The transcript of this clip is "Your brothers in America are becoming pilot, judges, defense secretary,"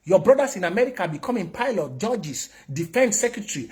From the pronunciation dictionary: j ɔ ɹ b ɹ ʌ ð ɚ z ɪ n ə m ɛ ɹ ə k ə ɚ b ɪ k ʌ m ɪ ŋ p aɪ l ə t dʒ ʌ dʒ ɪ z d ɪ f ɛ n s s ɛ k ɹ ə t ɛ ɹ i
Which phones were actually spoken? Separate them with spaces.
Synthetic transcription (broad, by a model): j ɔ b ɹ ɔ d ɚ s ɪ n ə m ɛ ɹ ə k ə b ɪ k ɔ m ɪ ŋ p aɪ l ə t dʒ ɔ dʒ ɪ s d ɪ f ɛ n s s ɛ k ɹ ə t ɹ i